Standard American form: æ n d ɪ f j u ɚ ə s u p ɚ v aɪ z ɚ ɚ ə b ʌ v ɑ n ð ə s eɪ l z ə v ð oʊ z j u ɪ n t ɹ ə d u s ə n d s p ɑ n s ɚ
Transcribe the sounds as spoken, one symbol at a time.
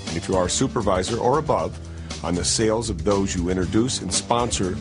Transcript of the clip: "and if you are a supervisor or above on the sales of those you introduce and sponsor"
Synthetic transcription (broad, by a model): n ɪ f j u ɚ s u p ɚ v aɪ z ɚ ɚ ə b ʌ v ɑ n ð ə s eɪ l z ə v ð oʊ z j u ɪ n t ɹ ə d u s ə n s p ɑ n s ɚ